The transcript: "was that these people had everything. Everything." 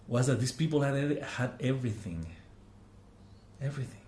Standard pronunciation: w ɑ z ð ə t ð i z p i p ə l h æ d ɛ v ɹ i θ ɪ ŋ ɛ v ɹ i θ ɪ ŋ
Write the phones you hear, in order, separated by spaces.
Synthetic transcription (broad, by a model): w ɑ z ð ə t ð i s p i p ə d h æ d ɛ v ɹ i θ ɪ ŋ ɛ v ɹ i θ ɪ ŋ